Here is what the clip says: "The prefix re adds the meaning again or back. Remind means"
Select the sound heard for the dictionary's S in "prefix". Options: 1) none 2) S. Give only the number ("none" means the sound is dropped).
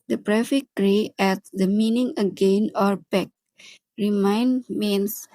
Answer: 1